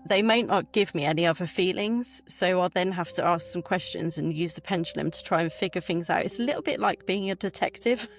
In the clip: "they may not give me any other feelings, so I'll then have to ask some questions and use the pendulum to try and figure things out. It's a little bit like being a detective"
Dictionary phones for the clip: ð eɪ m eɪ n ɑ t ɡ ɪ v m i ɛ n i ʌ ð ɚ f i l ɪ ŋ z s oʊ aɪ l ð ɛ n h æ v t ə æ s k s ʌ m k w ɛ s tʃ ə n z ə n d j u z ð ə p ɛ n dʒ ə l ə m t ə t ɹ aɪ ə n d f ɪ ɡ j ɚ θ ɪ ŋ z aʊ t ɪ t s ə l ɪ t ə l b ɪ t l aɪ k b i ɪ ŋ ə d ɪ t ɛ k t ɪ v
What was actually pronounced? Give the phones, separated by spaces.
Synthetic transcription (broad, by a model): ð eɪ m eɪ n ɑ t ɡ ɪ v m i ɛ n i ʌ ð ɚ f i l ɪ ŋ z s oʊ aɪ l ð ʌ n h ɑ f t ə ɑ s k s ʌ m k w ɛ s tʃ ə n z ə n j u z ð ə p ɛ n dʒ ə l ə m t ə t ɹ aɪ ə n f ɪ ɡ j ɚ θ ɪ ŋ z aʊ t ɪ t s ə l ɪ t l b ɪ t l aɪ k b i ɪ ŋ ə d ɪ t ɛ k t ɪ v